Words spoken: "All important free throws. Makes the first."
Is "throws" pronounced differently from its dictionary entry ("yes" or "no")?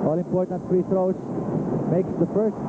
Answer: yes